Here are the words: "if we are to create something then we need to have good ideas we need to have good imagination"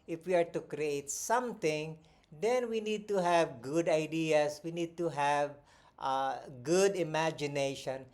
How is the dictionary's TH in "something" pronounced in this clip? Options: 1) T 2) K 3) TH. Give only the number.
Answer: 1